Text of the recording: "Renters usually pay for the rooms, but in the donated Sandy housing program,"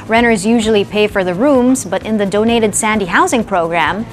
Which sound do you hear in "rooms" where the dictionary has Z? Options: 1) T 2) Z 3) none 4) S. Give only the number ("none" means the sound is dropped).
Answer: 2